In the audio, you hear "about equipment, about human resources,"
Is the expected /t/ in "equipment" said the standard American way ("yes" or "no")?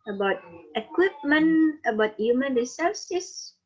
no